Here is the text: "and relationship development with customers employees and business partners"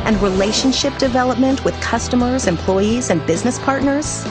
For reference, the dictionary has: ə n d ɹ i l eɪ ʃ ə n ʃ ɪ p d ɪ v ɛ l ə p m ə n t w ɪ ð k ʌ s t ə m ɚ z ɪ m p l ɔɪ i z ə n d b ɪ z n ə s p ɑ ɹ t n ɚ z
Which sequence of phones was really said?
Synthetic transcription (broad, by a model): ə n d ɹ i l eɪ ʃ ə n ʃ ɪ p d ɪ v ɛ l ə p m ə n t w ɪ ð k ʌ s t ə m ɚ z ɪ m p l ɔɪ i z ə n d b ɪ z n ə s p ɑ ɹ t n ɚ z